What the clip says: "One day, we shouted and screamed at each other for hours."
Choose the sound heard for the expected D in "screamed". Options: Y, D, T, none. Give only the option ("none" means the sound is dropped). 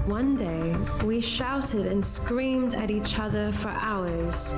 D